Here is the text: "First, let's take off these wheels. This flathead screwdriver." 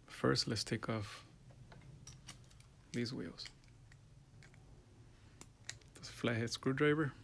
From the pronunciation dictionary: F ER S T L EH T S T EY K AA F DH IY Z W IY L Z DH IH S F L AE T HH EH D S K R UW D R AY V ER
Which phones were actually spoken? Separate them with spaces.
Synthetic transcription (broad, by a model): F ER S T L EH T S T EY K AA F DH IY Z W IY L Z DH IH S F L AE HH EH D S K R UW D R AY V ER